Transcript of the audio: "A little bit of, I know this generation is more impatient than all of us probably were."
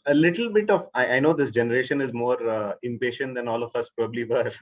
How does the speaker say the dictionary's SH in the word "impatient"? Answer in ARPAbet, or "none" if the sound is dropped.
SH